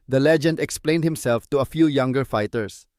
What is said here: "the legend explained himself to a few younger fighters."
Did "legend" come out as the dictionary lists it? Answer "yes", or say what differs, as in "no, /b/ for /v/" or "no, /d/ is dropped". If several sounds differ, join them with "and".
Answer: yes